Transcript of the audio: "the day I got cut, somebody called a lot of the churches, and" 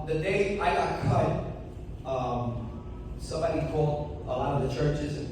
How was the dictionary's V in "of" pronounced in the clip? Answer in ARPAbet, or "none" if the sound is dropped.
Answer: V